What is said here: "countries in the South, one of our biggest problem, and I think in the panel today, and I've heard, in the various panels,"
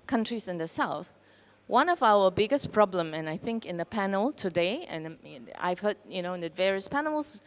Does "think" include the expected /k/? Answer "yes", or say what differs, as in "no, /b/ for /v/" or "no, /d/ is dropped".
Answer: yes